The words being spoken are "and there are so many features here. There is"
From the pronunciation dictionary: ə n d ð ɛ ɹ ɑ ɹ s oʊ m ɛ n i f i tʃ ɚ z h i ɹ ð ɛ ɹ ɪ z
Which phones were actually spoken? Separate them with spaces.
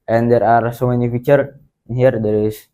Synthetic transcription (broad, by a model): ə n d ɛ ɹ ɑ ɹ s oʊ m ɛ n i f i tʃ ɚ h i ɹ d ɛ ɹ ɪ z